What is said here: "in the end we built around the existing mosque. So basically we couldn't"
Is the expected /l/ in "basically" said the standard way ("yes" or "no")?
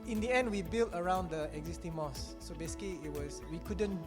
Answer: no